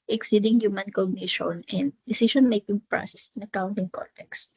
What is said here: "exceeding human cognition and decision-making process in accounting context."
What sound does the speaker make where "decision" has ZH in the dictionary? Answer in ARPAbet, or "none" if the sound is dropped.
SH